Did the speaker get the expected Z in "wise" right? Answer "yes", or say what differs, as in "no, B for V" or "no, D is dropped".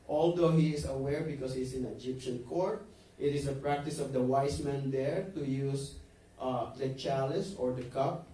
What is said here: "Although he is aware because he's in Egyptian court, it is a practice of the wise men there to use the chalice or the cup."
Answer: no, S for Z